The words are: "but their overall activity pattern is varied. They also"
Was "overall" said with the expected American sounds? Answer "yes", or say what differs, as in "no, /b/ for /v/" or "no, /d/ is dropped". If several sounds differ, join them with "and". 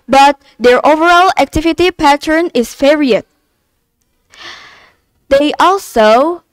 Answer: yes